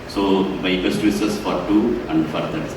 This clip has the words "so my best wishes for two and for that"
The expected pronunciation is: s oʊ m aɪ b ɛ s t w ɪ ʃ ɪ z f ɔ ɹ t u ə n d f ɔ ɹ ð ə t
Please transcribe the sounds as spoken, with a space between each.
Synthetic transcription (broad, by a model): s oʊ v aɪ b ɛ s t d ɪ s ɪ s f ɔ ɹ t u ə n d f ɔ ɹ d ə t